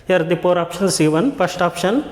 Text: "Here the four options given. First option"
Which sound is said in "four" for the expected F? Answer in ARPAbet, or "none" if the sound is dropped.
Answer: P